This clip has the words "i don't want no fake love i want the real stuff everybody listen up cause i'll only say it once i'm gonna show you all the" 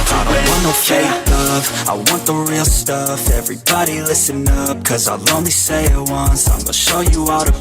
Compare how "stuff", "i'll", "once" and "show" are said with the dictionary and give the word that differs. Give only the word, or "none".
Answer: none